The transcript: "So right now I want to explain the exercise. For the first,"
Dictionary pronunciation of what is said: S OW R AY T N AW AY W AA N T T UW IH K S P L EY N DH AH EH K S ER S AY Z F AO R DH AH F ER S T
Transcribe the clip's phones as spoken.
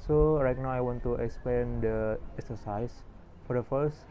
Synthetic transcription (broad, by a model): S OW R AY T N AW AY W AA N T T UW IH K S P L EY N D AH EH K S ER S AY S F AO R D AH F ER S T